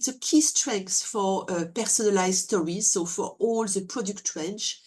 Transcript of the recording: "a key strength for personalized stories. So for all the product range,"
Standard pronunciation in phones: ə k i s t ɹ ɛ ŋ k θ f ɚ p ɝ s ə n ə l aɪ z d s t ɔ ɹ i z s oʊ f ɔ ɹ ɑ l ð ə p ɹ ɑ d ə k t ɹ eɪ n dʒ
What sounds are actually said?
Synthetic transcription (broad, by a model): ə k i s t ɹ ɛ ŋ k s f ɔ p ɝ s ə n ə l aɪ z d s t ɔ ɹ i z s oʊ f ɔ ɹ ɑ l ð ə p ɹ ɑ d ə k t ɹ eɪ n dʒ